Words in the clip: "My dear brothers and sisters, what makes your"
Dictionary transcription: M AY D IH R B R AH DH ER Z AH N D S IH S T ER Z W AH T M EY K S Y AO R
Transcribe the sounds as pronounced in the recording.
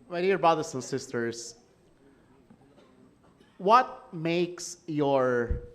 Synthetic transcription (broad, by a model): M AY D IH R B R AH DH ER S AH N S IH S T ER S W AH T M EY K S Y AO R